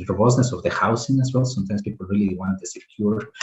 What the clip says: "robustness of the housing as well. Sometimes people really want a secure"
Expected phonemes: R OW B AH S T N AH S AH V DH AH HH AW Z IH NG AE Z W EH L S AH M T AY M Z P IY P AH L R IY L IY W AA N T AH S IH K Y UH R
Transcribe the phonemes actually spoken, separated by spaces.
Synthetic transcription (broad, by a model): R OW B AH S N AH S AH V DH AH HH AW S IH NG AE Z W EH L S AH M T AY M S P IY P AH L R IY L IY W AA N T AH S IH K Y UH R